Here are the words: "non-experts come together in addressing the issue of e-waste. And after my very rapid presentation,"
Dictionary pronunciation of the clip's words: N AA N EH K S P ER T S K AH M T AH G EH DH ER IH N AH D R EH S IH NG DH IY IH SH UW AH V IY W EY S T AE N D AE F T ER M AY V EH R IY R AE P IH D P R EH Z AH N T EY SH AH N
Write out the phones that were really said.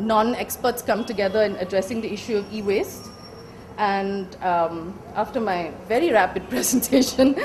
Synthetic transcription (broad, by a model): N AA N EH K S P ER T S K AH M T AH G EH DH ER IH N AH D R EH S IH NG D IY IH SH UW AH V IY W EY S T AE N D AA F T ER M AY V EH R IY R AE P IH D P R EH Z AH N T EY SH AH N